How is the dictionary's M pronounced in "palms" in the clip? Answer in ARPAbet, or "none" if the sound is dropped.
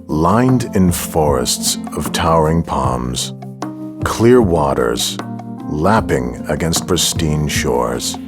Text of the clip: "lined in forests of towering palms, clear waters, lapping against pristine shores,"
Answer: M